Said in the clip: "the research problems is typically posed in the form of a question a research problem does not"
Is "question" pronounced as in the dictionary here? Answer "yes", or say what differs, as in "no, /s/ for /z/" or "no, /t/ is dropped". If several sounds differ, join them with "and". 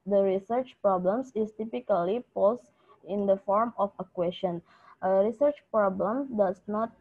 yes